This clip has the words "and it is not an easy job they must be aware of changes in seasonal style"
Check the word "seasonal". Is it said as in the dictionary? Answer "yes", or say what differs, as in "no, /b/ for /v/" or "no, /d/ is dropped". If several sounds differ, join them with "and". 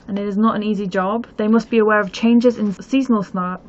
yes